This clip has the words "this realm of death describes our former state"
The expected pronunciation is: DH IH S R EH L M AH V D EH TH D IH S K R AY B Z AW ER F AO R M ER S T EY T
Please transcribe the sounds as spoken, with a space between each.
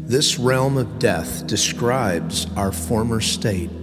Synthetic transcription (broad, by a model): DH IH S R EH L M AH V D EH TH D IH S K R AY B Z AW ER F AO R M ER S T EY T